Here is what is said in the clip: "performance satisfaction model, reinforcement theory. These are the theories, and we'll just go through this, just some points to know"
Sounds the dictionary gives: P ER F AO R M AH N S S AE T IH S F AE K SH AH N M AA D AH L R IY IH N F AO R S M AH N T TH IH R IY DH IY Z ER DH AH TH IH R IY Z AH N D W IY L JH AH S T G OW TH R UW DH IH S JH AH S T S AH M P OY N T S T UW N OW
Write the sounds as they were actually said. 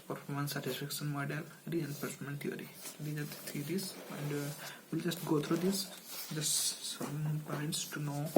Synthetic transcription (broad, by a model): P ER F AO R M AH N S S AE T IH S F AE K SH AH N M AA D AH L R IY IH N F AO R M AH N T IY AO R IY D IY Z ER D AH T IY R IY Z AH N D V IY L JH AH S T G OW T R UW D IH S JH AH S T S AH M P OY N T S T UW N OW